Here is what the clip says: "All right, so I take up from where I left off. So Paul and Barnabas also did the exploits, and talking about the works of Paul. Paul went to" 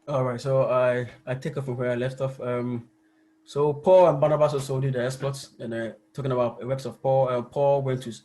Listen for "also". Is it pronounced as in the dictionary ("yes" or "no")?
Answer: no